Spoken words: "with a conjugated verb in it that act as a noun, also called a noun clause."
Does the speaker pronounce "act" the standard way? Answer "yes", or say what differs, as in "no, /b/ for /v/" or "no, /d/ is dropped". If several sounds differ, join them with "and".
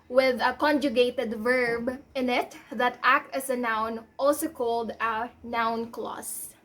yes